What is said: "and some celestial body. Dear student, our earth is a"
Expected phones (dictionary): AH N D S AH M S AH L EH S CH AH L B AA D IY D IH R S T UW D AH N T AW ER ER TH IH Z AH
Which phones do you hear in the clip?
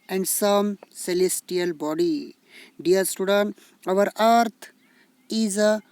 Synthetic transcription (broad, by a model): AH N D S AH M S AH L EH S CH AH L B AA D IY D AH R S T UW D AH N T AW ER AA T IH Z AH